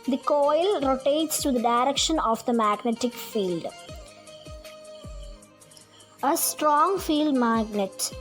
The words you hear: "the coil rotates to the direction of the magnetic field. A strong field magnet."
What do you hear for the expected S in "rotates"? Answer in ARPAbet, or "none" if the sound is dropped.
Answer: S